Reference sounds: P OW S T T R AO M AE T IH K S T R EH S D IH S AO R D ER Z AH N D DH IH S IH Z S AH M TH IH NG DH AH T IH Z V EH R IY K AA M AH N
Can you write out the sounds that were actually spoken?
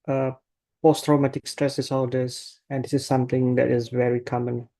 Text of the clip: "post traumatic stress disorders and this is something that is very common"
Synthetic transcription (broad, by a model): P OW S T T R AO M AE T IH K S T R EH S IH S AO L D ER S AH N D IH S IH S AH M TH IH NG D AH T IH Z V EH R IY K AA M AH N